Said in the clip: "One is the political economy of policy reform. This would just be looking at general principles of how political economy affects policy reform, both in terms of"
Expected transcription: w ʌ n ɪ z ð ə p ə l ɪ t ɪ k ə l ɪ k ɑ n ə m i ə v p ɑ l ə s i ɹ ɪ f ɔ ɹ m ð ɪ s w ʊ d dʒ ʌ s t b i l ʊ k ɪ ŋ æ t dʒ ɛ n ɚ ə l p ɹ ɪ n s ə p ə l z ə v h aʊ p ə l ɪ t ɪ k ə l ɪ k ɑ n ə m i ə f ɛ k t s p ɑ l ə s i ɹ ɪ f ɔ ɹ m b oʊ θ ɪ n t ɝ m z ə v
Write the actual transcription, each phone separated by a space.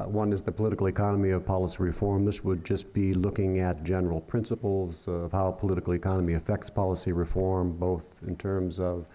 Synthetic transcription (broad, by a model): w ʌ n ɪ z ð ə p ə l ɪ t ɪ k l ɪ k ɑ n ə m i ə v p ɑ l ə s i ɹ ɪ f ɔ ɹ m ð ɪ s w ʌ d dʒ ʌ s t b i l ʊ k ɪ ŋ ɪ t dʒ ɛ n ɚ l p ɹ ɪ n s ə p l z ə v h aʊ p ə l ɪ t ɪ k l ɪ k ɑ n ə m i ə f ɛ k t s p ɑ l ə s i ɹ ɪ f ɔ ɹ m b oʊ θ ɪ n t ɝ m z ə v